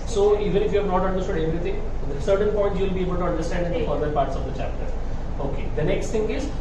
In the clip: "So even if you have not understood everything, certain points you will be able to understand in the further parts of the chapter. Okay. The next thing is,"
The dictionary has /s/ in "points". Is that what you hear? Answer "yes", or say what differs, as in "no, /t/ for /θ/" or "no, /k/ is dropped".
no, /s/ is dropped